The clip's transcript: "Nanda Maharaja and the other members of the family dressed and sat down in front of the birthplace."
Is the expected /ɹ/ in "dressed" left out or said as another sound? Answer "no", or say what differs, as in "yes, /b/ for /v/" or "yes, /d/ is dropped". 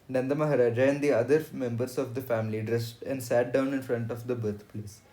no